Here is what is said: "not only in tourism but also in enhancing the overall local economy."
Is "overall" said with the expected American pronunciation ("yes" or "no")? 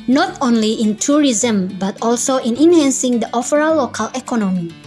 no